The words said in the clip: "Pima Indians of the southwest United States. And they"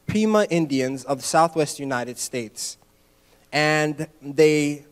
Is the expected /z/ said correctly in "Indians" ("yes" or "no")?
yes